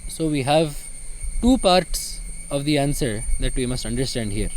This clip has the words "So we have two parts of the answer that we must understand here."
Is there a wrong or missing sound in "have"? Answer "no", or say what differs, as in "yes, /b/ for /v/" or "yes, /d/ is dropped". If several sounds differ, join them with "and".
no